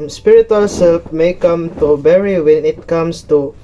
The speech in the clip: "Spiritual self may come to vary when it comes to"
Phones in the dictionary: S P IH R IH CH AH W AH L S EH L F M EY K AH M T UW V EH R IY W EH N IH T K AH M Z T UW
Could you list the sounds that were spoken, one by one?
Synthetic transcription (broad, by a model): S P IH R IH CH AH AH L S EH L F M EY K AH M T UW B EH R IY W EH N IH T K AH M S T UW